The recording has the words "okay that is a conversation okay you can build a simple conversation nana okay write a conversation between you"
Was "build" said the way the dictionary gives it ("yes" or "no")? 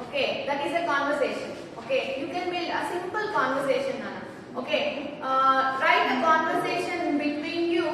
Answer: no